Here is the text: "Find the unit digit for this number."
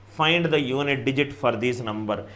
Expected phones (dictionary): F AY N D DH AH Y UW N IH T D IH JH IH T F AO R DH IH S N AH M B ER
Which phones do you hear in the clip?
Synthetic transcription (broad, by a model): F AY N D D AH Y UW N IH T D IH JH IH T F AO R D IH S N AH M B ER